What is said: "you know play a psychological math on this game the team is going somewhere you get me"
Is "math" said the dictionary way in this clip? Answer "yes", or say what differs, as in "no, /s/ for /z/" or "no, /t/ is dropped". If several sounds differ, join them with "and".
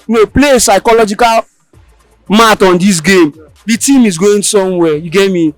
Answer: no, /t/ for /θ/